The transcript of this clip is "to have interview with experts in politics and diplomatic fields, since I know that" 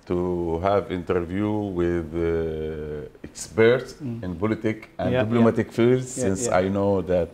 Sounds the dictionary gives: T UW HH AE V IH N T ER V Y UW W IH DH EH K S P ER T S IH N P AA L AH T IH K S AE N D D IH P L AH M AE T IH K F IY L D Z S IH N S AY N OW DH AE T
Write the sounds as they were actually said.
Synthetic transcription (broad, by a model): T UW HH AE V IH N T ER V Y UW W IH DH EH K S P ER T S IH N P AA L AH T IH K AE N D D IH B L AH M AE T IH K F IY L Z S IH N S AY N OW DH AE T